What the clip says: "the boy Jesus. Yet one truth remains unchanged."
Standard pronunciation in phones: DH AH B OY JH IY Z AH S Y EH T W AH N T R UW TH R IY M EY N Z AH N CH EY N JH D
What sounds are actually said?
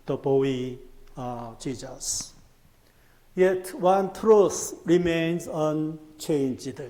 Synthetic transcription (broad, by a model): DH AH B OY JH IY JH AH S Y EH T W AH N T R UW S R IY M EY N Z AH N CH EY N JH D